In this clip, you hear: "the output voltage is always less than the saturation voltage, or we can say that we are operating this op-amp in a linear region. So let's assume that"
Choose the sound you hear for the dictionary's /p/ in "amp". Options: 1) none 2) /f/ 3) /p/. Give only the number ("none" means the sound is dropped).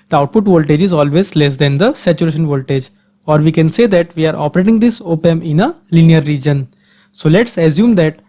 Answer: 1